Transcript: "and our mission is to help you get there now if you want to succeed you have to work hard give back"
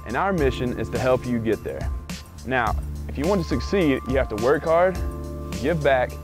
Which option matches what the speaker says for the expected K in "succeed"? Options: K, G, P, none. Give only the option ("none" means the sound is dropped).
K